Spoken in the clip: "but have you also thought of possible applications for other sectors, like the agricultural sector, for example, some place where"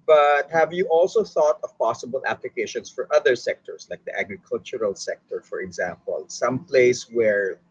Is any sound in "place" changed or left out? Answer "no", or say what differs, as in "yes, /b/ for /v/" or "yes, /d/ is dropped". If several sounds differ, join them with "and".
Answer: no